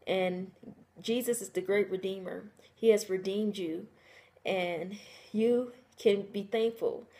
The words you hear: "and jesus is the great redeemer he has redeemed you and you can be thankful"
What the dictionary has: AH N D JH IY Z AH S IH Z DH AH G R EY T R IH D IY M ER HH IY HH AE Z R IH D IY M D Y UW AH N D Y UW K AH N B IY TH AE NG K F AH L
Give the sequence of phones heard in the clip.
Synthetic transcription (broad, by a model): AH N JH IY Z AH S IH Z DH AH G R EY T R IH D IY M ER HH IY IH Z R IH D IY M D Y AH N Y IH K AH N B IY TH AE NG K F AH L